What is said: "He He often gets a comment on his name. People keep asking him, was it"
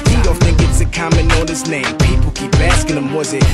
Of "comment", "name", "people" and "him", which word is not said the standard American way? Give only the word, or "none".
comment